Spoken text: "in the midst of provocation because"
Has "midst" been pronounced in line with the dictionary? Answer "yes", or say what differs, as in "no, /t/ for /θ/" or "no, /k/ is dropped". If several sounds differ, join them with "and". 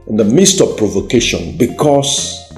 yes